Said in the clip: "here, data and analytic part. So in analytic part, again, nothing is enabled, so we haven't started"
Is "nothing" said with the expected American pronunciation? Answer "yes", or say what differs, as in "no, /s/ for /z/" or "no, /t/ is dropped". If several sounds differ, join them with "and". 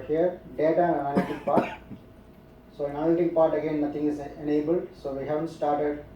no, /t/ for /θ/